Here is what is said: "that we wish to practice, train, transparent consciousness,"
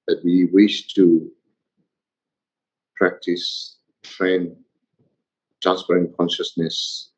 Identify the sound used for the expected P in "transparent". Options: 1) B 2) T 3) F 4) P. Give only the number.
3